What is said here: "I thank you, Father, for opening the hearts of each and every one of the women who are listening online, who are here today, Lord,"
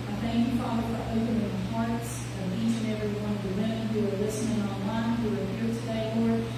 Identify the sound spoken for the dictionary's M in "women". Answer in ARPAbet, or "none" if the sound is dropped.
none